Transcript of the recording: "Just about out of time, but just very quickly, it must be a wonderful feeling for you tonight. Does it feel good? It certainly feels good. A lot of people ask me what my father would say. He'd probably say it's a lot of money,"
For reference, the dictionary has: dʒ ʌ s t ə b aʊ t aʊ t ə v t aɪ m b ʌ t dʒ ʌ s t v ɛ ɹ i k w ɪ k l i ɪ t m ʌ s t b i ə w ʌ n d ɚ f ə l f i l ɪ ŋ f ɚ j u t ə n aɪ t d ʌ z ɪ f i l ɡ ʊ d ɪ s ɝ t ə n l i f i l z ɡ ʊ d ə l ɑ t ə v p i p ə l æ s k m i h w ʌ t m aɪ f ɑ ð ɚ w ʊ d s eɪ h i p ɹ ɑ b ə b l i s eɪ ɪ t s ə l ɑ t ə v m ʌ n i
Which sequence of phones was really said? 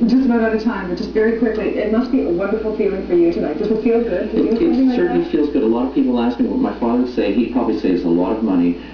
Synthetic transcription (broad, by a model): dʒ ʌ s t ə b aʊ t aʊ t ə t aɪ m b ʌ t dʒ ʌ s t v ɛ ɹ i k w ɪ k l i ɪ t m ʌ s t b i ə w ʌ n d ɚ f l f i l ɪ ŋ f ɚ j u t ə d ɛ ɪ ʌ s ɪ f i l ɡ ʊ d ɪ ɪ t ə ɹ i f i l z ɡ ʊ d ə l ɑ t ə v p i p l æ s k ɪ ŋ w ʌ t m aɪ f ɑ ð ɚ s eɪ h i p ɹ ɑ b ə b l i s eɪ ɪ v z ə l ɑ t ə v m ʌ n i